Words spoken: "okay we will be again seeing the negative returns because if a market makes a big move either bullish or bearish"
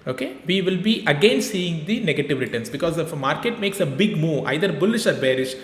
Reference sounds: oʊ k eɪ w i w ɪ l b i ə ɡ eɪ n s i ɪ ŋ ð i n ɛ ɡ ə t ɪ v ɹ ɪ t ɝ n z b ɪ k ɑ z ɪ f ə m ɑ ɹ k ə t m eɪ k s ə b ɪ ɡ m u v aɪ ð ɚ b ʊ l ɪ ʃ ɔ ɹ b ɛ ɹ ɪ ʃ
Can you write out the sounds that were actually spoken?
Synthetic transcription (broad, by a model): oʊ k eɪ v i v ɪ l b i ə ɡ eɪ n s i ɪ ŋ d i n ɛ ɡ ə t ɪ v ɹ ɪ t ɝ n s b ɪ k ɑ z ɪ f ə m ɑ ɹ k ə t m eɪ k s ə b ɪ ɡ m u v aɪ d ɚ b ʊ l ɪ ʃ ɔ ɹ b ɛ ɹ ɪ ʃ